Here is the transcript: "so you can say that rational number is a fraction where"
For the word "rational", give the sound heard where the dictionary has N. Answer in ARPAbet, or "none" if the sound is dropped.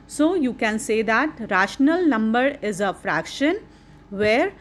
N